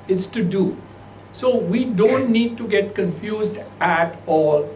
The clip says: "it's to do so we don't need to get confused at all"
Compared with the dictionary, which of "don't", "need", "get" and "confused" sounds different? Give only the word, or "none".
none